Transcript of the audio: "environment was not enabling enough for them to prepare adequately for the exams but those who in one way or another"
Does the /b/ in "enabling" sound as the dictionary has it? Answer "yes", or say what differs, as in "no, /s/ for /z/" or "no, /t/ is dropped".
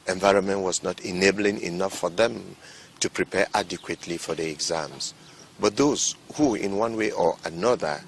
yes